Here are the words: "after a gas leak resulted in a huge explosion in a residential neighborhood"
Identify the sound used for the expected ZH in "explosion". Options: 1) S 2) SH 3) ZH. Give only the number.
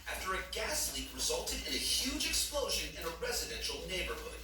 3